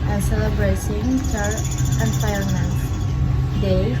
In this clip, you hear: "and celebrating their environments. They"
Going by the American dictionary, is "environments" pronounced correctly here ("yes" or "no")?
no